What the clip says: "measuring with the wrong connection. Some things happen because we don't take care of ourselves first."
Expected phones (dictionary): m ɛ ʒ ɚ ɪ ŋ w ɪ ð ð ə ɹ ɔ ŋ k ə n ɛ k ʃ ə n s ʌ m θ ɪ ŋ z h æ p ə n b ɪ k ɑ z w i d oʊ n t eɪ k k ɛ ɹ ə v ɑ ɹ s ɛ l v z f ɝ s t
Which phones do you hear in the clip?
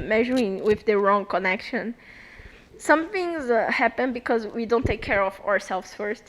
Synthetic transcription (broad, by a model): m ɛ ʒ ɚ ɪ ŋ w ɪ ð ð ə ɹ ɔ ŋ k ə n ɛ k ʃ ə n s ʌ m θ ɪ ŋ z h æ p ə n b ɪ k ɑ z w i d oʊ n t eɪ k k ɛ ɹ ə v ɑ ɹ s ɛ l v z f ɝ s t